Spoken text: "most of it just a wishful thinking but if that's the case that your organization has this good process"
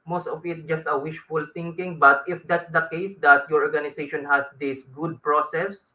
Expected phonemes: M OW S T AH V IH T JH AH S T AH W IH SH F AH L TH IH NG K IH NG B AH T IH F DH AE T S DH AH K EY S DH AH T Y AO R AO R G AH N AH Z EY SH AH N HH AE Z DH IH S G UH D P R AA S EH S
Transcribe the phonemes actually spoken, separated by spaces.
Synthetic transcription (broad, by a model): M OW S T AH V IH T JH AH S T AH W IH SH F AH L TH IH NG K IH NG B AH T IH F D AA T S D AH K EY S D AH T Y AO R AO R G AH N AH S EY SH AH N HH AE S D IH S G UH D P R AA S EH S